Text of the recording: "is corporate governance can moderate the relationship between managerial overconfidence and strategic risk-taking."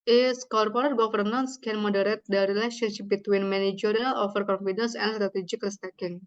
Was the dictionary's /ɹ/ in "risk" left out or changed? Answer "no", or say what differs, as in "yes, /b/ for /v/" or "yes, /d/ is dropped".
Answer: yes, /l/ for /ɹ/